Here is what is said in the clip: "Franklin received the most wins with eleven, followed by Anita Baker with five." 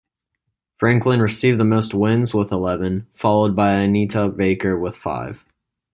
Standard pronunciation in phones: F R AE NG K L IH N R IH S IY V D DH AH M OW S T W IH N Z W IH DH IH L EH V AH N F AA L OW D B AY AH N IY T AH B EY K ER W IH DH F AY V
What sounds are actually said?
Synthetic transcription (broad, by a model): F R AE NG K L IH N R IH S IY V DH AH M OW S T W IH N Z W IH DH IH L EH V AH N F AA L OW D B AY AH N IY T AH B EY K ER W IH DH F AY V